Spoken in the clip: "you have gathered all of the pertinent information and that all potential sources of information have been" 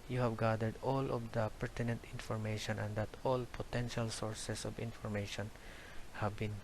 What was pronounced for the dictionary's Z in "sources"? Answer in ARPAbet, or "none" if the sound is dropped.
S